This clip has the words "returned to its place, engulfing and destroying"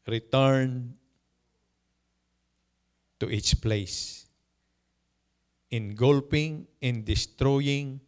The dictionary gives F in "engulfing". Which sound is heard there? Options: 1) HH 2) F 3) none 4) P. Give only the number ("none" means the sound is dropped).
4